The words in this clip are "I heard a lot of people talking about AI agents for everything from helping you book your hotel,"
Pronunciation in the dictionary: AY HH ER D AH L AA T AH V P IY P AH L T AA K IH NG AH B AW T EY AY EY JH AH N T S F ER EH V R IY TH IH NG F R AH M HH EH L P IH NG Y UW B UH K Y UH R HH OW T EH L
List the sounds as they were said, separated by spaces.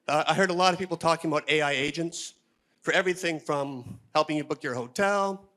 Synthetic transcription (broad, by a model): AY HH ER D AH L AA T AH V P IY P L T AA K IH NG AH B AW T EY AY EY JH AH N T S F ER EH V R IY TH IH NG F R AH M HH EH L P IH NG Y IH B UH K Y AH R HH OW T EH L